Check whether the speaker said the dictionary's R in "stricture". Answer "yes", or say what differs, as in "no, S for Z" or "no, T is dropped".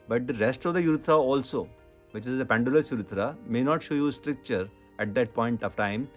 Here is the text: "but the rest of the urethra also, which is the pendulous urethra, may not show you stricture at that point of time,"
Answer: yes